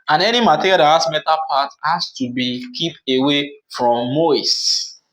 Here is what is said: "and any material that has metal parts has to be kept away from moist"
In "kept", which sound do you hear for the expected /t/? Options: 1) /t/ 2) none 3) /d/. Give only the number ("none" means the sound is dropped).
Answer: 2